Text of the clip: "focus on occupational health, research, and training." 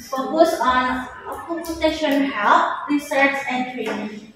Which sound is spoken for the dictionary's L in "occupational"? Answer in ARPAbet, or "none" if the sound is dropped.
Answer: N